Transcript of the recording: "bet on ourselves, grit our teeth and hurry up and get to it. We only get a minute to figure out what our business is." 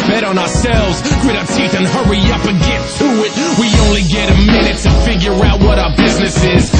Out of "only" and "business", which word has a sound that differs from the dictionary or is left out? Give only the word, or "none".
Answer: none